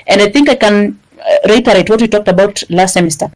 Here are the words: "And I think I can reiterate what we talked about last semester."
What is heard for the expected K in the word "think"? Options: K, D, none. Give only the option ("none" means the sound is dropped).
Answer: K